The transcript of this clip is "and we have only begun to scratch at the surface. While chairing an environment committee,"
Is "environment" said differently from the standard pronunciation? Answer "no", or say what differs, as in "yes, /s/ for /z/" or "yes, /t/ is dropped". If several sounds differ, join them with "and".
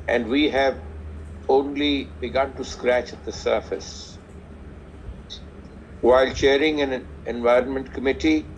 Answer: no